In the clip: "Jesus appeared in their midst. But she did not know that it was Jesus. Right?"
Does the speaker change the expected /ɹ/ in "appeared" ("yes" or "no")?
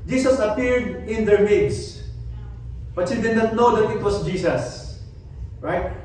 no